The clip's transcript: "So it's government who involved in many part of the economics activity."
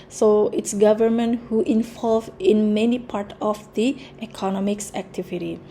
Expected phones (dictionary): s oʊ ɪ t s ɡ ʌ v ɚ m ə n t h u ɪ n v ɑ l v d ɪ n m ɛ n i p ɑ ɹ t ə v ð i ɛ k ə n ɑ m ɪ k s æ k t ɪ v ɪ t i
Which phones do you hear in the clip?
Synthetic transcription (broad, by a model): s oʊ ɪ t s ɡ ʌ v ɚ m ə n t h u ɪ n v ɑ l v ɪ n m ɛ n i p ɑ ɹ t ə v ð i ɛ k ə n ɑ m ɪ k s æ k t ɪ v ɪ t i